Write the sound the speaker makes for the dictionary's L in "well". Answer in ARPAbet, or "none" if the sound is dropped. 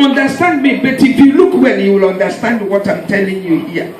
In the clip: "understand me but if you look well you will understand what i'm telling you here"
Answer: N